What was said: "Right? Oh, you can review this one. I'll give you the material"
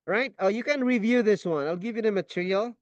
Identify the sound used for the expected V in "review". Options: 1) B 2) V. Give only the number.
2